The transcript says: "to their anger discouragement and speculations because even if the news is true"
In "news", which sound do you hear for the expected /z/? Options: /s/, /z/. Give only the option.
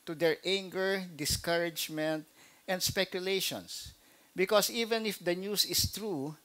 /s/